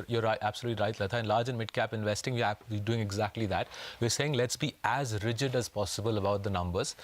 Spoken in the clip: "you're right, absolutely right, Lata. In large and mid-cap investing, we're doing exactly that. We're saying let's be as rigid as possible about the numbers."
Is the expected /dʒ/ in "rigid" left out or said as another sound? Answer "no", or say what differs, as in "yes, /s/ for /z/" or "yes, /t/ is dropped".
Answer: no